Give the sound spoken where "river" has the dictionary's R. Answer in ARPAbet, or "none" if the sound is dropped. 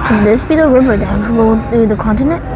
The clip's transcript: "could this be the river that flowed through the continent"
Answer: R